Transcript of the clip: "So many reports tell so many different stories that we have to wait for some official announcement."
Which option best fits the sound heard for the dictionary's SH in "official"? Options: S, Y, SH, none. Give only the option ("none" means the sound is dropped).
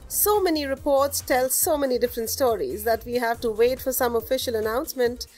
SH